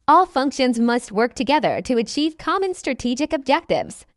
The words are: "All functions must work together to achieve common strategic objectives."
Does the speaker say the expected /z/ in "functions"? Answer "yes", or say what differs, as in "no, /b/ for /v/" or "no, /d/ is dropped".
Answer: yes